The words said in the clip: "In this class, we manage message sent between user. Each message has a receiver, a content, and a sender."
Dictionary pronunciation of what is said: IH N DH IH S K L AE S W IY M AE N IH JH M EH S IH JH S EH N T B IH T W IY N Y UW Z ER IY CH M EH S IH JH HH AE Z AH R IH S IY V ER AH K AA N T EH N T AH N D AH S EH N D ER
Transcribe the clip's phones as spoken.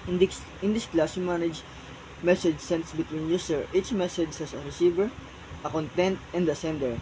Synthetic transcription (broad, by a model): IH N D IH S K L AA S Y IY M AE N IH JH M EH S IH JH S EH N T B IH T W IY N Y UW S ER IY CH M EH S IH JH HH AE S AH R IH S IY V ER AH K AA N T EH N T AH N D AH S EH N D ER